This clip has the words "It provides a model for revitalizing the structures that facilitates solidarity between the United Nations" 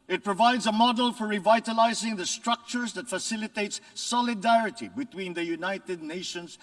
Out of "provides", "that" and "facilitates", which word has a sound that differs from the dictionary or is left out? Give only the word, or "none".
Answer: none